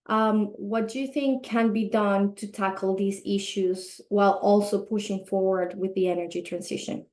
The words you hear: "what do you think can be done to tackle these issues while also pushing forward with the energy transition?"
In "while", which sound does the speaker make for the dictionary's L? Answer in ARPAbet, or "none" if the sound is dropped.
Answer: L